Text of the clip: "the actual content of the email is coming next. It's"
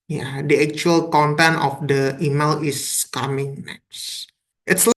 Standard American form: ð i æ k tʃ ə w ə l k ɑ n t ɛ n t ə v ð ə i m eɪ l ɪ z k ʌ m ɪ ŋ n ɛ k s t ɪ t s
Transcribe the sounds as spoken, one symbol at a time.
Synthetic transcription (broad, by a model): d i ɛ k tʃ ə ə l k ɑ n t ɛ n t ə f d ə i m eɪ l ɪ s k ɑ m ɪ ŋ n ɛ k s t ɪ t s